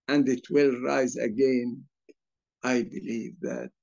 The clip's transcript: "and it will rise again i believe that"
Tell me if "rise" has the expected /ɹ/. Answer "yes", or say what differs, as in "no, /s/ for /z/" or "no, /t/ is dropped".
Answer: yes